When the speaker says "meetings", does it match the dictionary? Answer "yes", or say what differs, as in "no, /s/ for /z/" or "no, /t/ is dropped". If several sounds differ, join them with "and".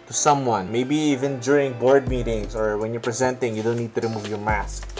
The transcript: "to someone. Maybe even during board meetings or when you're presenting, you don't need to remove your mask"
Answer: no, /s/ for /z/